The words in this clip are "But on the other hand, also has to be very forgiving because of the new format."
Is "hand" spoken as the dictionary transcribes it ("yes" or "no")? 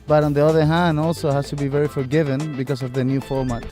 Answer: yes